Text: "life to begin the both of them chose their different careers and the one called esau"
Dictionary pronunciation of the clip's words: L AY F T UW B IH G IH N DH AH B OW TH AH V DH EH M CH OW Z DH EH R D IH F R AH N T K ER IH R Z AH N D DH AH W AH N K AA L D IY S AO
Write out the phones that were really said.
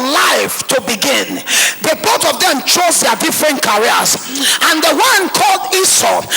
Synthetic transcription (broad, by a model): L AY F T UW B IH G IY N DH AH B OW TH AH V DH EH M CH OW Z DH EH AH D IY F R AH N T K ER R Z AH N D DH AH W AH N K AA L D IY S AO